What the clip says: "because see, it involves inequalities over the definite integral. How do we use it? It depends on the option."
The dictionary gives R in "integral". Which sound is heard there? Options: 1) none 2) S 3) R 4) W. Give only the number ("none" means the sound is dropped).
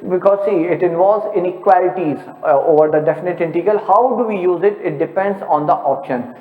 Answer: 1